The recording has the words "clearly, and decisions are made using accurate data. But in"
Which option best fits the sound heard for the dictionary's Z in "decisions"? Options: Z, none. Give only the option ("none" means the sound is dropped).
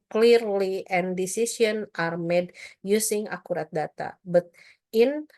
none